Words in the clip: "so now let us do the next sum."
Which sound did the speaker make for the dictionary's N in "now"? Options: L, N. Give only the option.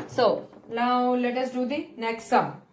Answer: L